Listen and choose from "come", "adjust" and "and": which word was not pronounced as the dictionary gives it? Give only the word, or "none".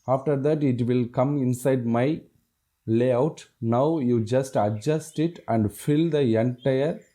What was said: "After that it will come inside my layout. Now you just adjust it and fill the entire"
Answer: none